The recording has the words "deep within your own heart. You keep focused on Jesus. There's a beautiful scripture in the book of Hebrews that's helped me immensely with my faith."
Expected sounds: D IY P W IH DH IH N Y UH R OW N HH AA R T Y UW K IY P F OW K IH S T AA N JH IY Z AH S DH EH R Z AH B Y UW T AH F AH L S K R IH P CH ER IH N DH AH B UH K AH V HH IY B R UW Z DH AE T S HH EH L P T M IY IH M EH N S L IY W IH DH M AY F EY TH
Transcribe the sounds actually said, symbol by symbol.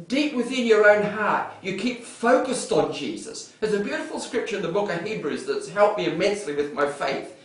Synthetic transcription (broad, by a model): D IY P W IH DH IH N Y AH R OW N HH AA R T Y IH K IY P F OW K IH S T N JH IY Z AH S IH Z AH B Y UW T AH F L S K R IH P CH ER IH N DH AH B UH K AH V HH IY B R UW Z DH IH T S HH EH L P M IY IH M EH N S L IY W IH DH M AY F EY TH